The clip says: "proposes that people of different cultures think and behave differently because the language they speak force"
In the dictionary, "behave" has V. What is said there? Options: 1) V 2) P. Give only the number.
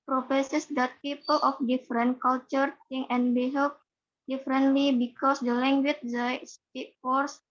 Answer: 2